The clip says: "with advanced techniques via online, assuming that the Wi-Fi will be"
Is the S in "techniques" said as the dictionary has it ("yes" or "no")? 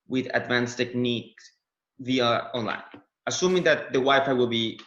no